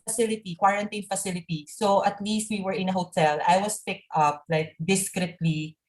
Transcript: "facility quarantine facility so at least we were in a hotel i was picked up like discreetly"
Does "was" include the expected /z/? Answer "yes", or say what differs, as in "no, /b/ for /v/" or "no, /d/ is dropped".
no, /s/ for /z/